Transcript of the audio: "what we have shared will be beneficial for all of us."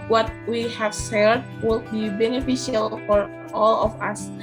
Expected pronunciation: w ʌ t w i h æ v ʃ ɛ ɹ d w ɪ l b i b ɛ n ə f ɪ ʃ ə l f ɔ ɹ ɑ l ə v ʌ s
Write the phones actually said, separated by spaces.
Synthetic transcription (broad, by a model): w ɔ t w i h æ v s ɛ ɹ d w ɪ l b i b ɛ n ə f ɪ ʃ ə l f ɔ ɹ ɑ l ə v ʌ s